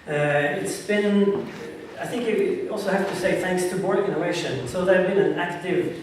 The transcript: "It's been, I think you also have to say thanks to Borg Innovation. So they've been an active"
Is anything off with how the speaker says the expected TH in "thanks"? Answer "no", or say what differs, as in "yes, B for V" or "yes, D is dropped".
no